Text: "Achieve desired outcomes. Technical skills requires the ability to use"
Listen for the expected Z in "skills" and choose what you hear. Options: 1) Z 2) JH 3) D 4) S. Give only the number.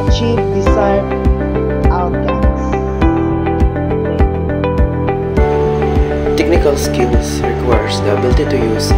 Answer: 4